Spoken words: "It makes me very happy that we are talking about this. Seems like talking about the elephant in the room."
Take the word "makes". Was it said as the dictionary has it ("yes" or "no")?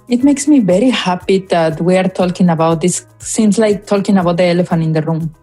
yes